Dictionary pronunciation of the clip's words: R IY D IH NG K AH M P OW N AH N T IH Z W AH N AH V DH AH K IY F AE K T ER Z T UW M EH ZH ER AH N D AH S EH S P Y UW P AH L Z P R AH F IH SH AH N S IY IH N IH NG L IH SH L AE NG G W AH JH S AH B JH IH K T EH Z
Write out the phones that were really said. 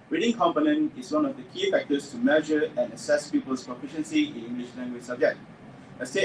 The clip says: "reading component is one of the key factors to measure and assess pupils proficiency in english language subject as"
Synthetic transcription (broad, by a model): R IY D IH NG K AH M P OW N AH N T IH S W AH N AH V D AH K IY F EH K T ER S T UW M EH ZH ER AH N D AH S EH S P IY P AH L S P R AH F IH SH AH N S IY IH N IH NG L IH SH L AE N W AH S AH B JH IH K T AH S